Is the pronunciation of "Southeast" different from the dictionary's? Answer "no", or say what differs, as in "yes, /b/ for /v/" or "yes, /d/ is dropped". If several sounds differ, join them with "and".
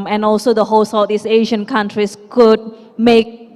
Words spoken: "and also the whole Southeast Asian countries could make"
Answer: yes, /t/ is dropped